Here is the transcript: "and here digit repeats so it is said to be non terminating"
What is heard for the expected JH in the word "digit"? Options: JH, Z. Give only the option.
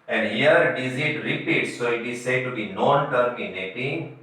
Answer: Z